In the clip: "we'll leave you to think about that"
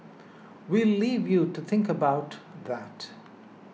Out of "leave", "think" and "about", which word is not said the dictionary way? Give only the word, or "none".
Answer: none